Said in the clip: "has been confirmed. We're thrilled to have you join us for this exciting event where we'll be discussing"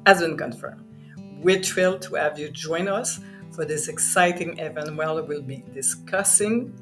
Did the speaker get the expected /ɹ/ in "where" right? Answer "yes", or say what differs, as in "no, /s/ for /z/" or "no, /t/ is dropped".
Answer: no, /l/ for /ɹ/